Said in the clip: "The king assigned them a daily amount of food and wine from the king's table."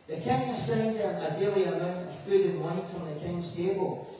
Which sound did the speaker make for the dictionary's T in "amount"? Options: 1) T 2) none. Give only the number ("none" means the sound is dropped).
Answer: 2